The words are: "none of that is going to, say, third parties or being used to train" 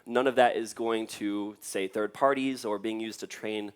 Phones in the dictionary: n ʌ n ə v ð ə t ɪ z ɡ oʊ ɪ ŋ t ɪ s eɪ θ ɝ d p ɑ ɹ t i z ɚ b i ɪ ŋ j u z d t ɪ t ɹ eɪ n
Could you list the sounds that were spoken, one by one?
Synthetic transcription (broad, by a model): n ʌ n ə v ð ə t ɪ z ɡ oʊ ɪ ŋ t ɪ s eɪ θ ɝ d p ɑ ɹ t i z ɚ b i ɪ ŋ j u z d t ɪ t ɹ eɪ n